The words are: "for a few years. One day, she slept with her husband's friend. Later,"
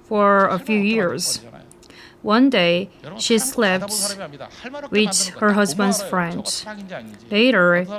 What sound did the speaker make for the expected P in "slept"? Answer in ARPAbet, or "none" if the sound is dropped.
P